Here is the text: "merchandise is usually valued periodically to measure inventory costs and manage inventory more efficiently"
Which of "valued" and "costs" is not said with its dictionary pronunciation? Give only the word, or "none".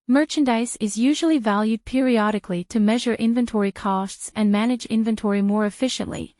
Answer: none